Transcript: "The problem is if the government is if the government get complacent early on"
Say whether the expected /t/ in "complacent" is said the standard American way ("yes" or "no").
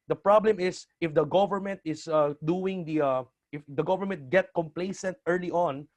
yes